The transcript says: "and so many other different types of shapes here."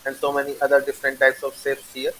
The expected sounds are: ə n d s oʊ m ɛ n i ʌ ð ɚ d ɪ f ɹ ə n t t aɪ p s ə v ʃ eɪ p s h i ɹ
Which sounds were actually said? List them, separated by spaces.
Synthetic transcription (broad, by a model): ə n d s oʊ m ɛ n i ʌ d ɚ d ɪ f ɹ ə n t t aɪ p s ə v s eɪ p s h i ɹ